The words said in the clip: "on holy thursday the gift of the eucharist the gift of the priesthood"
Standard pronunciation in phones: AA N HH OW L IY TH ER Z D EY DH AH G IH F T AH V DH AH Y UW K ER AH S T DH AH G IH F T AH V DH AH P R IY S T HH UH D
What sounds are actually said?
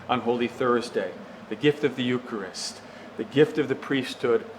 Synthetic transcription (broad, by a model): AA N HH OW L IY TH ER Z D EY DH AH G IH F T AH V DH AH Y UW K ER AH S T DH AH G IH F T AH V DH AH P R IY S T HH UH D